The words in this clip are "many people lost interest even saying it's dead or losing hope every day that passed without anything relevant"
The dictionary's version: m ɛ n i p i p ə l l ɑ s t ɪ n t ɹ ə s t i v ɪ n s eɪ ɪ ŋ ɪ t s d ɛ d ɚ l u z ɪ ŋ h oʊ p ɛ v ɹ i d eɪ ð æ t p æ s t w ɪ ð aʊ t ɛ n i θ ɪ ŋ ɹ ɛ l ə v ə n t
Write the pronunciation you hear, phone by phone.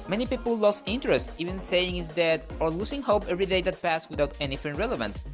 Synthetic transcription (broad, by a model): m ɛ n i p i p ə l l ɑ s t ɪ n t ɹ ə s t i v ɪ n s eɪ ɪ ŋ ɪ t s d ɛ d ɚ l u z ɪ ŋ h oʊ p ɛ v ɹ i d eɪ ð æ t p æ s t w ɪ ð aʊ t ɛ n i f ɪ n ɹ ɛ l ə v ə n t